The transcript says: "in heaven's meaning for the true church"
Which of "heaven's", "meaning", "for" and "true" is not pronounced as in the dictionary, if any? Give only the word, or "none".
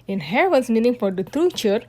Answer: heaven's